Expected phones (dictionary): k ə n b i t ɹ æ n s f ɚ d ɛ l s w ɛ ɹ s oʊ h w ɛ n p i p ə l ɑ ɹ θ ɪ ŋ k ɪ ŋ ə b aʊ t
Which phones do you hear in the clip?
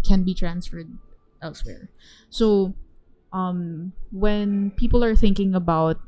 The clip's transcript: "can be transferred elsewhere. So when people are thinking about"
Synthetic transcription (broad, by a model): k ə n b i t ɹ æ n s f ɚ d ɛ l s w ɛ ɹ s oʊ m w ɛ n p i p ə l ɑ ɹ θ ɪ ŋ k ɪ ŋ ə b aʊ t